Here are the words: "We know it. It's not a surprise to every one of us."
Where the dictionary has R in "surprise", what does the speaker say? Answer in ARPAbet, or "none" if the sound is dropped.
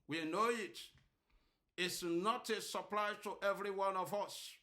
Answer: L